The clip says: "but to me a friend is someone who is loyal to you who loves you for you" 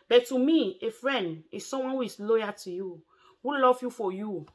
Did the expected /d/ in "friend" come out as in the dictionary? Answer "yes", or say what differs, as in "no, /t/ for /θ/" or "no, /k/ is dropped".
yes